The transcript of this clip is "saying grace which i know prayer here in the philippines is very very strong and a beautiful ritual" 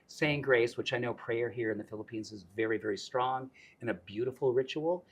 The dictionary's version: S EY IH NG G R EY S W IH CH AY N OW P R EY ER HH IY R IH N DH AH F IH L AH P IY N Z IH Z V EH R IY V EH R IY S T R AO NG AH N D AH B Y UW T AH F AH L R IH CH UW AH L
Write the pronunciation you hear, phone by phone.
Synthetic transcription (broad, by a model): S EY IH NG G R EY S W IH CH AY N OW P R EY ER HH IY R IH N DH AH F IH L AH P IY N Z IH Z V EH R IY V EH R IY S T R AO NG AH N AH B Y UW T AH F L R IH CH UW L